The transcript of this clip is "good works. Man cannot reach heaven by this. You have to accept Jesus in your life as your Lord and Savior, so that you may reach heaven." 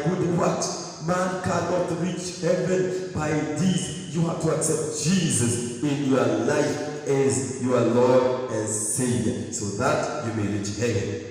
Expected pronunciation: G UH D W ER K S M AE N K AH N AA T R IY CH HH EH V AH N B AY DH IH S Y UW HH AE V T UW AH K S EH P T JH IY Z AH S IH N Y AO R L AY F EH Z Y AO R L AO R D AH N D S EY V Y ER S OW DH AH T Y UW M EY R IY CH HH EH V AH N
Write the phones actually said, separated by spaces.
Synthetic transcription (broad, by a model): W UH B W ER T M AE N K AH N AA T R IY CH HH EH V AH N B AY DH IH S Y UW HH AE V T UW AH K S EH P T JH IY Z AH S IH N Y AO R L AY F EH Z Y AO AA L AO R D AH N S EY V Y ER S OW DH AH T Y UW M EY R IY CH HH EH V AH N